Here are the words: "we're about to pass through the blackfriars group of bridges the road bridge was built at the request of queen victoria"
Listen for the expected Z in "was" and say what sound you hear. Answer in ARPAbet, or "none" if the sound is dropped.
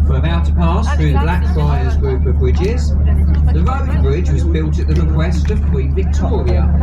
Z